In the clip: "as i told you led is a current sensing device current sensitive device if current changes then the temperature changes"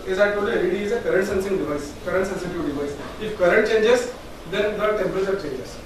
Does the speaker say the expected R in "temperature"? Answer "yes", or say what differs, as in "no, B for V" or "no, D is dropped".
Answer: no, R is dropped